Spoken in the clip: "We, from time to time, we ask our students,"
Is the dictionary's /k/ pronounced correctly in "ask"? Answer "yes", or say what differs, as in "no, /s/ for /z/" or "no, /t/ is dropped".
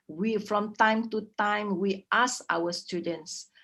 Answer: no, /k/ is dropped